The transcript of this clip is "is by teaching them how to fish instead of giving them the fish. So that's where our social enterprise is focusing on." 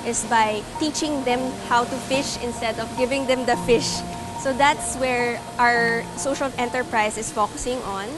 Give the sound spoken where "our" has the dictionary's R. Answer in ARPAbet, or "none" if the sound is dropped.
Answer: R